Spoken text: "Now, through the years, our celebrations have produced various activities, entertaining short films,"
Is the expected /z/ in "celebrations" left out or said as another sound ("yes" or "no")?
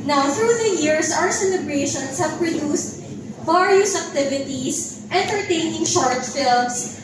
yes